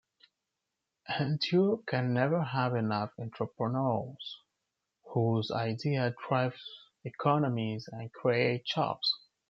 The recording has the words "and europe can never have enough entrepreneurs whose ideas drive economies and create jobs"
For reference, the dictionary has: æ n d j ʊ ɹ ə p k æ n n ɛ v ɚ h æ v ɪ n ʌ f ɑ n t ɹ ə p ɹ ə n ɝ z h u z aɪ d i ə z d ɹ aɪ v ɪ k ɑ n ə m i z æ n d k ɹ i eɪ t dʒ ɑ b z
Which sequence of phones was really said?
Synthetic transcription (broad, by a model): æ n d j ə k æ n n ɛ v ɚ h æ v ɪ n ʌ f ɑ n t ɹ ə p ɹ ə n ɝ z h u z aɪ d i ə d ɹ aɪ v ɪ k ɑ n ə m i z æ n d k ɹ i eɪ t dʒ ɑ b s